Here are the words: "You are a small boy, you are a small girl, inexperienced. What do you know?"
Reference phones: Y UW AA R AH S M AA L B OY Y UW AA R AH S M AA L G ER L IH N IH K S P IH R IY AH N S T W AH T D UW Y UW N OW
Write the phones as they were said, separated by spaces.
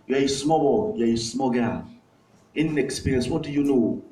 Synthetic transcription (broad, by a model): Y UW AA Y AH S M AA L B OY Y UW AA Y AH S M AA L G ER N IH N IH K S P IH R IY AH N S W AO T D UW Y UW N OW